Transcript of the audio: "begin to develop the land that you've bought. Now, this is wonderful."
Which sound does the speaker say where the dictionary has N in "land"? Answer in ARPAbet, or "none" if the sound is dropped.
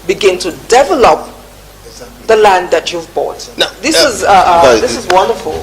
N